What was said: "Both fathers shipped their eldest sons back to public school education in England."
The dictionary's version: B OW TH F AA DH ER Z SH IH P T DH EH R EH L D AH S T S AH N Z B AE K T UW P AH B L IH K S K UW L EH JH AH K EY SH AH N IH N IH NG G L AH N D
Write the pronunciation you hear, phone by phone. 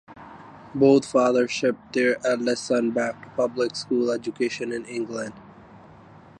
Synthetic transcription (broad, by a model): B OW T F AA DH ER SH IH P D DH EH R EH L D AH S S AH N B AE K T UW P AH B L IH K S K UW L EH JH AH K EY SH AH N IH N IH NG G L AH N D